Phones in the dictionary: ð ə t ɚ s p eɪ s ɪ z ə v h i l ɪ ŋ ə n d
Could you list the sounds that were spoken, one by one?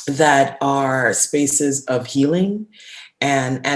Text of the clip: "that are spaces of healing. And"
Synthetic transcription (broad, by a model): ð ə t ɚ s p eɪ s ɪ z ə v h i l ɪ ŋ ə n